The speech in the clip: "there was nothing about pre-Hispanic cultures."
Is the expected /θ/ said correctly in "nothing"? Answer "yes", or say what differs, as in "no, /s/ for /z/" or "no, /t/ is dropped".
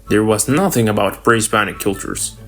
yes